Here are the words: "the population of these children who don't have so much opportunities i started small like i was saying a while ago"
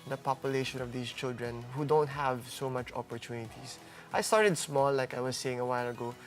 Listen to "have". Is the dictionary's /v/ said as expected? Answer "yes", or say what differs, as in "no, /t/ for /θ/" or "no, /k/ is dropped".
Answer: yes